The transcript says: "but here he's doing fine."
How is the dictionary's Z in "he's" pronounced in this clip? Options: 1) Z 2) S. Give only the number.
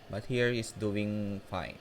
2